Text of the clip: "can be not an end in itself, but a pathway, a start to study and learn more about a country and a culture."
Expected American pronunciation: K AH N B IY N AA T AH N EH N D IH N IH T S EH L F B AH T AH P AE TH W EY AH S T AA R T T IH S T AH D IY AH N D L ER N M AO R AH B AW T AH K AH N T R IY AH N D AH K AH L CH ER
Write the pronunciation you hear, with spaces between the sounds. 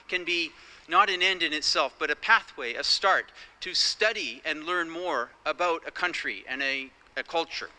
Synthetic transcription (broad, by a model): K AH N B IY N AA T AH N EH N D IH N IH T S EH L F B AH T AH P AE TH W EY AH S T AA R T T IH S T AH D IY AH N L ER N M AO R AH B AW T AH K AH N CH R IY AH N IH AH K AH L CH ER